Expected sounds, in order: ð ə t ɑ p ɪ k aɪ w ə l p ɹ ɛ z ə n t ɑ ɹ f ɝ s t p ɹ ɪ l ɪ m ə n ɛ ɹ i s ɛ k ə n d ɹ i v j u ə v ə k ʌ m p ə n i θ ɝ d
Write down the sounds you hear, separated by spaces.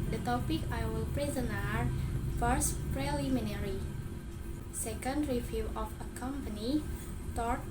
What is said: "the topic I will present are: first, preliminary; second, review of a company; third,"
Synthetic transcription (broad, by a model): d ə t ɑ p ɪ k aɪ w ə l p ɹ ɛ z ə n ɑ ɹ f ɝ s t p ɹ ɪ l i m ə n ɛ ɹ i s ɛ k ə n d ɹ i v j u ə f ə k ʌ m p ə n i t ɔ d